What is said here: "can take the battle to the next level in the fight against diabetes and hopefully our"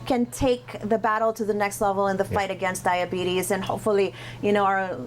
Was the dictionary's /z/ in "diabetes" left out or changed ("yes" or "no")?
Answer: no